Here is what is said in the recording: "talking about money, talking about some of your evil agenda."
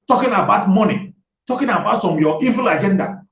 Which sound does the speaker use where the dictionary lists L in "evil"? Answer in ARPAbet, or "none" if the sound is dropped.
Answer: L